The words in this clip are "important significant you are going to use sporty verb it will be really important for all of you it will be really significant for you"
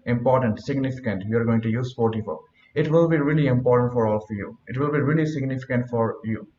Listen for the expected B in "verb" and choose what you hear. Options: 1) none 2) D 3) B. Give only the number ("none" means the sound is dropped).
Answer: 1